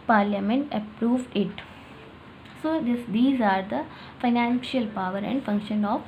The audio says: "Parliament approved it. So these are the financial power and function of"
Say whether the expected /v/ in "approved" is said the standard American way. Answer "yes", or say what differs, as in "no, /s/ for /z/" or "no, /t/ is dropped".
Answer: yes